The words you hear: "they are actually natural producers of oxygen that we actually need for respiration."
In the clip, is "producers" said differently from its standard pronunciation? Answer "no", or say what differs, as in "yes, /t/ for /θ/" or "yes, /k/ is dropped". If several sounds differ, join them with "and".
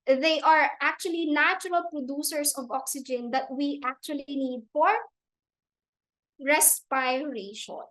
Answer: yes, /s/ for /z/